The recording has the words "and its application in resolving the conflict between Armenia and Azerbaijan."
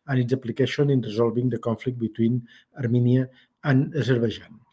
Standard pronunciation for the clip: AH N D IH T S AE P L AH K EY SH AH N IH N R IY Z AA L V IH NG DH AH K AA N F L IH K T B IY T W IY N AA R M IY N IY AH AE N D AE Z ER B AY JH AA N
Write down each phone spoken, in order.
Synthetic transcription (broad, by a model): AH N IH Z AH P L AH K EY SH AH N IH N R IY Z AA L B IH NG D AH K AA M F L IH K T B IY T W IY N AA R M IY N IY AH N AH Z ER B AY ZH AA N